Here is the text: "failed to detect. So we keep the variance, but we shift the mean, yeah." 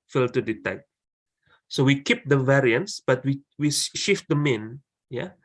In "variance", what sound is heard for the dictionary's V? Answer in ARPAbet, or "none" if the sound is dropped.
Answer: V